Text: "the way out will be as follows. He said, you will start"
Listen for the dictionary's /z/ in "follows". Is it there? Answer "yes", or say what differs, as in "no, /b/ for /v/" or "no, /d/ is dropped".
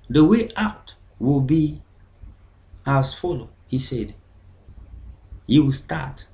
no, /z/ is dropped